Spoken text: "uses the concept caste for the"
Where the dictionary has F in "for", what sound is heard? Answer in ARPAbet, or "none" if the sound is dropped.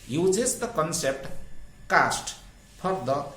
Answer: P